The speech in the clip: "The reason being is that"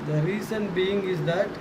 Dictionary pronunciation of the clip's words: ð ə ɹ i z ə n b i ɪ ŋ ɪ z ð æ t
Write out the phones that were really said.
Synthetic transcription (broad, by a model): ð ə ɹ i s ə n b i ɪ ŋ ɪ z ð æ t